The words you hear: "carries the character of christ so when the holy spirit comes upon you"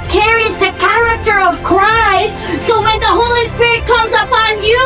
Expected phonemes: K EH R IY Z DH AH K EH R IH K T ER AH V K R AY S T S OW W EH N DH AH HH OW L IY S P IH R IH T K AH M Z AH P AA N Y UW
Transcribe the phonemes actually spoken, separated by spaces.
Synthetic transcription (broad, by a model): K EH R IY Z DH AH K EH R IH K T ER AH V K R AY S T S OW W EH N DH AH HH OW L IY S P IH R IH T K AH M Z AH P AA N Y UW